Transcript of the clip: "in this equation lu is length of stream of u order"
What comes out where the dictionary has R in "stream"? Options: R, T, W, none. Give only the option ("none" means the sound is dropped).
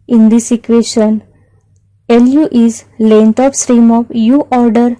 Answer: R